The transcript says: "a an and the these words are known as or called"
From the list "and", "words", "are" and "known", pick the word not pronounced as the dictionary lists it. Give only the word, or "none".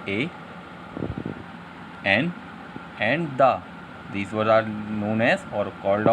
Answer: words